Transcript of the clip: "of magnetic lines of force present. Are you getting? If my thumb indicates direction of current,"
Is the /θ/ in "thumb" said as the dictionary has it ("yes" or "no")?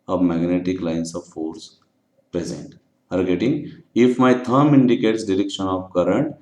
no